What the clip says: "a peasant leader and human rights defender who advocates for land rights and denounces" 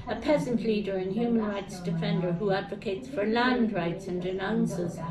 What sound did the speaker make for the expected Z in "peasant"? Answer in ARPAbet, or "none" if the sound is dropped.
Z